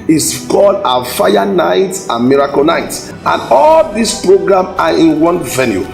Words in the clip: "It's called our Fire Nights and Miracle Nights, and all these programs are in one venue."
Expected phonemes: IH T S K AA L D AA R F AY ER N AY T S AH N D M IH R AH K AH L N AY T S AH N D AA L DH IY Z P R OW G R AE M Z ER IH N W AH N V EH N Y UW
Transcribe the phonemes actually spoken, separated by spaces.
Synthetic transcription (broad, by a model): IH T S K AA L D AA F AY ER N AY T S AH N M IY R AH K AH N AY T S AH N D AA L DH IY S P R OW G R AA M AA IH N W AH N V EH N Y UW